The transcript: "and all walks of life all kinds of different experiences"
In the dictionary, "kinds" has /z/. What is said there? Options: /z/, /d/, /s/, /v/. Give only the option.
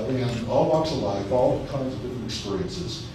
/z/